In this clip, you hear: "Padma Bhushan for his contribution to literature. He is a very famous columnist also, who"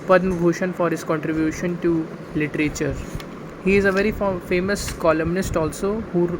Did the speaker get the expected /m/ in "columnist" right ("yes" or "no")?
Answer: yes